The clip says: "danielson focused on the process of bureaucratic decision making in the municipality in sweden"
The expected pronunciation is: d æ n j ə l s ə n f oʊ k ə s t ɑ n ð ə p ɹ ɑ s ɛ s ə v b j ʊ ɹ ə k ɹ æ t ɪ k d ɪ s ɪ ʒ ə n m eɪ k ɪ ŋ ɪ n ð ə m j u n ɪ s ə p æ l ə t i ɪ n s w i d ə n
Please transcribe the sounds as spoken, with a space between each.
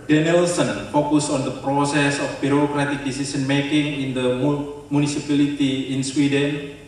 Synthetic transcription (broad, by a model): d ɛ n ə l s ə n f oʊ k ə s ɑ n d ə p ɹ ɑ s ɛ s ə f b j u ɹ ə k ɹ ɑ t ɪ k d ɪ s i s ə n m eɪ k ɪ ŋ ɪ n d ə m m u n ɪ s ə p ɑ l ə t i ɪ n s w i d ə n